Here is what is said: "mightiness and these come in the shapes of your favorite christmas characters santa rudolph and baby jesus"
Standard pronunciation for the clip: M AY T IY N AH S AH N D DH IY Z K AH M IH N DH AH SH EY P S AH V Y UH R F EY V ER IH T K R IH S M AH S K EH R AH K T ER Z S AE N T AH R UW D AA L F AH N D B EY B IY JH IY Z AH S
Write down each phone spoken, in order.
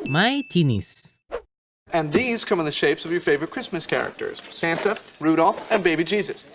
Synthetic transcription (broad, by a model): M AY T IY N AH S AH N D DH IY Z K AH M IH N DH AH SH EY P S AH V Y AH R F EY V ER IH T K R IH S M AH S K EH R AH K T ER Z S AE N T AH R UW D AA L F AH N B EY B IY JH IY Z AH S